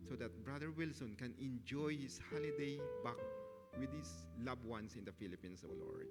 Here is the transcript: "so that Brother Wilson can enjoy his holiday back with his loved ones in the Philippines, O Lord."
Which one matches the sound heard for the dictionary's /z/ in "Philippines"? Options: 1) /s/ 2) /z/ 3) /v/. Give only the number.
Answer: 1